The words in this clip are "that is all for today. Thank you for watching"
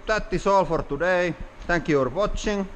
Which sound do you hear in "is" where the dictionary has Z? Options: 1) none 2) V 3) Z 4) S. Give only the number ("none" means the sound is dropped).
4